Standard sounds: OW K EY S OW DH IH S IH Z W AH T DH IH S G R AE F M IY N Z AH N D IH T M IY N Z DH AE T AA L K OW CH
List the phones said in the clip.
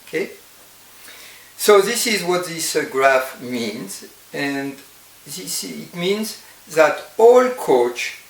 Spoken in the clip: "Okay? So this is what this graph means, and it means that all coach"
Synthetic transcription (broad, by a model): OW K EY S OW DH IH S IH Z W AH T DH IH S G R AE F M IY N Z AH N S IH T M IY N Z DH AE T AA L K OW CH